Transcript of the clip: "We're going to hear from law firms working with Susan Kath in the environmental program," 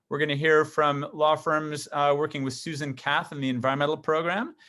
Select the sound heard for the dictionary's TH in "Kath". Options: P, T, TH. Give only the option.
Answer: TH